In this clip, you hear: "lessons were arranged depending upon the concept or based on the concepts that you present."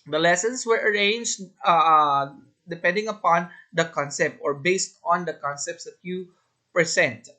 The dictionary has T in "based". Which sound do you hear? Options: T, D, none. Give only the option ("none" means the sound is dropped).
T